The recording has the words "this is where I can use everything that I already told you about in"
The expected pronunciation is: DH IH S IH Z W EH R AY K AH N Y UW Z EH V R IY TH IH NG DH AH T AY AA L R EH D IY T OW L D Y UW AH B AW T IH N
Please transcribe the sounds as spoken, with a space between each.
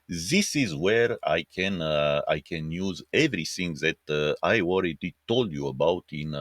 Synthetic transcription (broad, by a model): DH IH S IH Z W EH R AY K AH N Y UW Z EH V R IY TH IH NG DH AH T AY AA L R EH D IY T OW L D Y UW AH B AW T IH N